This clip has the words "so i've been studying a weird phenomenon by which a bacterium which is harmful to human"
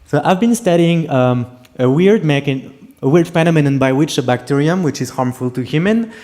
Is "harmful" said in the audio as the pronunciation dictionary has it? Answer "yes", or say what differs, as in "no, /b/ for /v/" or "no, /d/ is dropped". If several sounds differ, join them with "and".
yes